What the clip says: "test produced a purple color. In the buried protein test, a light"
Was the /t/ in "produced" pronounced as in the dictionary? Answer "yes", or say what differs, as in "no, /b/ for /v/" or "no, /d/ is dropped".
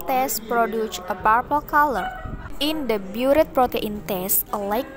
no, /t/ is dropped